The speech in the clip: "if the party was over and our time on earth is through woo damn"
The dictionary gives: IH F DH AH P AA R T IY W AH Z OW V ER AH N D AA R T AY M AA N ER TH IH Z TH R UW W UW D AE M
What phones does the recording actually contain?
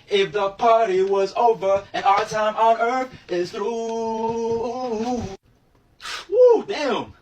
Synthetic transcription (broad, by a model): IH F DH AH P AA R T IY W AH Z OW V ER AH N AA T AY M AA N ER TH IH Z TH R UW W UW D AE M